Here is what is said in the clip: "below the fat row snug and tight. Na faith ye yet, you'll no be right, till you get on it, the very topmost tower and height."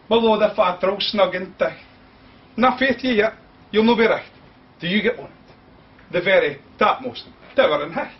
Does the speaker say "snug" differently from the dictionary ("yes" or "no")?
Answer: no